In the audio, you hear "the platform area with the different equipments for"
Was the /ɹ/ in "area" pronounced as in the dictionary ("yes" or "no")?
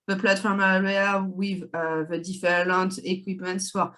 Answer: no